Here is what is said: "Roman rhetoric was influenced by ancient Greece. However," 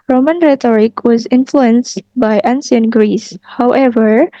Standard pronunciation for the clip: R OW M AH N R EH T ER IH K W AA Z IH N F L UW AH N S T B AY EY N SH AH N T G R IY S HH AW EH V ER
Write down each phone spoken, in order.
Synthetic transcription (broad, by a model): R OW M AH N R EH T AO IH K W AA Z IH N F L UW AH N S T B AY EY N S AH N G R IY S HH AW EH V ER